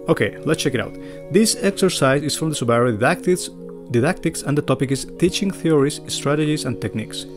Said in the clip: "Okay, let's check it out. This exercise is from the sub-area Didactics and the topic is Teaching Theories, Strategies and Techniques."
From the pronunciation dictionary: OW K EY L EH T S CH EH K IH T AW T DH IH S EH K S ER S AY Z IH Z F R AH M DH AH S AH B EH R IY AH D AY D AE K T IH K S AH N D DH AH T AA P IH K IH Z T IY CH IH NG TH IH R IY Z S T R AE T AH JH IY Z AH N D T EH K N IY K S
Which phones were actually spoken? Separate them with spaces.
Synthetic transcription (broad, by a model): OW K EY L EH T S CH EH K IH T AW T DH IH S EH K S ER S AY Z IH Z F R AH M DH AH S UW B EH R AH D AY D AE K T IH K S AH N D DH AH T AA P IH K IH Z T IY CH IH NG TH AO R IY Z S T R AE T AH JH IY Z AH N T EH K N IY K S